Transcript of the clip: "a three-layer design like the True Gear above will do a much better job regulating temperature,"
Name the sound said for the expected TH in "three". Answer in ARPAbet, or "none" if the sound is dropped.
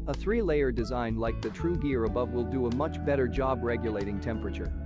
TH